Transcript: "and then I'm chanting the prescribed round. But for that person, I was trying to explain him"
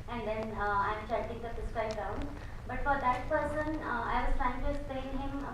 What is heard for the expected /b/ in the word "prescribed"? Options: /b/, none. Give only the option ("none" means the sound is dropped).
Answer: none